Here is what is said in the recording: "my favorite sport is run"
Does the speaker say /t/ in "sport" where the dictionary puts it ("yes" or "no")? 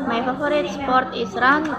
yes